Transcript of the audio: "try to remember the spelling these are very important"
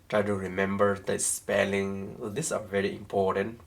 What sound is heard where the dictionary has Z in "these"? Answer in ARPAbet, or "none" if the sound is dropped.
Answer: S